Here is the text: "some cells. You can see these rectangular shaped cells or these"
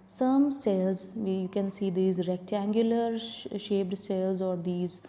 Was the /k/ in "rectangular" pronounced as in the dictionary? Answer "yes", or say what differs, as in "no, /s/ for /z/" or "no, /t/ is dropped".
yes